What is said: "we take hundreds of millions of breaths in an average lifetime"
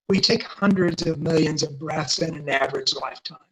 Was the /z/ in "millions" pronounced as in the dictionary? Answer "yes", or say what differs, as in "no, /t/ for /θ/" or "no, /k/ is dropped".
yes